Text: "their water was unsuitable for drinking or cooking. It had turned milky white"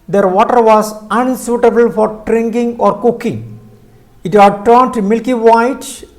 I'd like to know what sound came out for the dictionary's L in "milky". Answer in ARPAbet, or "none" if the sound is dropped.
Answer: L